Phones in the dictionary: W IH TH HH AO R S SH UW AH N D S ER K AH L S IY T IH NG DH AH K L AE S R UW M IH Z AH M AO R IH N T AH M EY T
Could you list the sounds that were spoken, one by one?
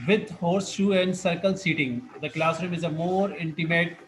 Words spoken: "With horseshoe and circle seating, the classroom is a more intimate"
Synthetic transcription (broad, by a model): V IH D HH AO R S SH UW AH N D S ER K AH L S IY T IH NG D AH K L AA S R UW M IH Z AH M AO R IH N T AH M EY T